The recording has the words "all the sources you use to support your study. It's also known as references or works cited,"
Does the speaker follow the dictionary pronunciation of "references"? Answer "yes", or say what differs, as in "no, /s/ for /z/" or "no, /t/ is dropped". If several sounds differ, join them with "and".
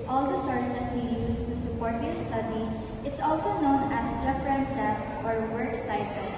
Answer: no, /s/ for /z/